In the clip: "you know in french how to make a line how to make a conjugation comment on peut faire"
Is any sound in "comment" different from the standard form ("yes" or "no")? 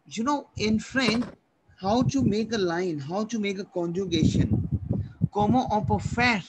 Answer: yes